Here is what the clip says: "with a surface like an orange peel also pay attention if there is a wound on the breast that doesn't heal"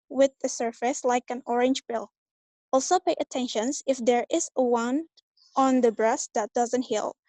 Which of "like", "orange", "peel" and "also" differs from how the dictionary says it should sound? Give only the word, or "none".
peel